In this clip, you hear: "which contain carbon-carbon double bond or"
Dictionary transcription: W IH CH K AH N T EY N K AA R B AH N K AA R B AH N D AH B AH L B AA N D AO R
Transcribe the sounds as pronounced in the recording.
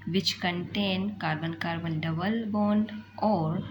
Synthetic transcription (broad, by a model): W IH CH K AH N T EY N K AA R B AH N K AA R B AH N D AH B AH L B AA N AO R